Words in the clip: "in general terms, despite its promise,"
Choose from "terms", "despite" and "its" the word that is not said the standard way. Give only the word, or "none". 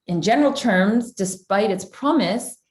none